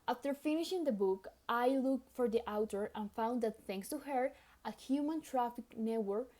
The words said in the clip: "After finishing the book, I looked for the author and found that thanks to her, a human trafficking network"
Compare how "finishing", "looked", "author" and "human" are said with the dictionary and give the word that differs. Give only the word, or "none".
author